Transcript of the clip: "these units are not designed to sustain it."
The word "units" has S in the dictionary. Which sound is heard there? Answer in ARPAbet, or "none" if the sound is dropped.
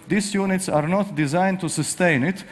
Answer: S